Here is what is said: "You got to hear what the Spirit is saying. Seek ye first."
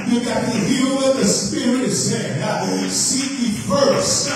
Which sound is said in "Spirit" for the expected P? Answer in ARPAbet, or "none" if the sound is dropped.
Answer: P